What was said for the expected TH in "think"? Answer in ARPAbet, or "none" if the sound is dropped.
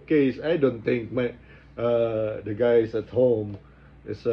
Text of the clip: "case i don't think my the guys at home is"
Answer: T